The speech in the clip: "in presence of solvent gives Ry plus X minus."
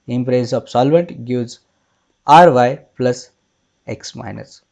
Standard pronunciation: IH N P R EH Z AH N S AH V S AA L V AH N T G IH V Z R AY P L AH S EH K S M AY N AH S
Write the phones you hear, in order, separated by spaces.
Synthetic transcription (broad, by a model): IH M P R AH S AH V S AA L V AH N T G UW Z R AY P L AH S EH K S M AY N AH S